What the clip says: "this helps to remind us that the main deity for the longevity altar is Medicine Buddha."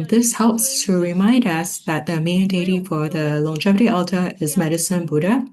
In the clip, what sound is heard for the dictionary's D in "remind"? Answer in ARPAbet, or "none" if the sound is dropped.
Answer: D